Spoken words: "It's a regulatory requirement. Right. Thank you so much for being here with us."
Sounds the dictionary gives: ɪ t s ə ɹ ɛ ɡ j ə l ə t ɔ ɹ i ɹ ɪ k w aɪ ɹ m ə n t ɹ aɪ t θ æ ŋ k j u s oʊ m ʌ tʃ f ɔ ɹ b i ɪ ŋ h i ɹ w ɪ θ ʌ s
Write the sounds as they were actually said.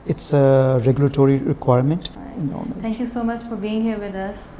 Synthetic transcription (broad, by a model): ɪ t s ə ɹ ɛ ɡ j ə l ə t ɔ ɹ i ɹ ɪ k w aɪ ɹ m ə n t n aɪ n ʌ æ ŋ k j u s oʊ m ʌ tʃ f ɔ ɹ b i ɪ ŋ h i ɹ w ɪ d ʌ s